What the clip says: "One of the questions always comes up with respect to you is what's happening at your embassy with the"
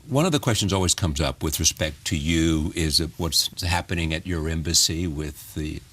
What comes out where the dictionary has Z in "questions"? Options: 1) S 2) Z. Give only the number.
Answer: 2